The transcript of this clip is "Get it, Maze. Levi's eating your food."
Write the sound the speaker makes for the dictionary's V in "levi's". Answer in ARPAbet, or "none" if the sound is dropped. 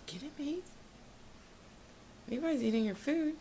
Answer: B